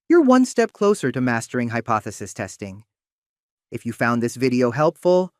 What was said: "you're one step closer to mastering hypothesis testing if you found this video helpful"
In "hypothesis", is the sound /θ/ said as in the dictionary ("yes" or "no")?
yes